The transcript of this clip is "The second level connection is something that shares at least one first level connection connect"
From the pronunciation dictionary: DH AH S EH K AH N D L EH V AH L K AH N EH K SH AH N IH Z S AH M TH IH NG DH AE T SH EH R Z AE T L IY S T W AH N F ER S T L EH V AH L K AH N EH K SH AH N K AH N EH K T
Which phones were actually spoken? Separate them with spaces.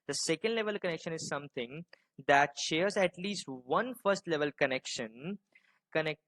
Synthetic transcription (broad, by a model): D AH S EH K AH N D L EH V AH L K AH N EH K SH AH N IH Z S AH M T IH NG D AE T SH EH R Z AE T L IY S T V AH N F ER S T L EH V AH L K AH N EH K SH AH N K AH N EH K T